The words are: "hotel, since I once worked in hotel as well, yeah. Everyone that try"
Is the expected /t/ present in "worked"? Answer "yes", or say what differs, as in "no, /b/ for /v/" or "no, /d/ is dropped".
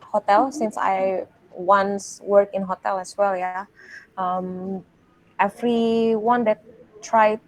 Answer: no, /t/ is dropped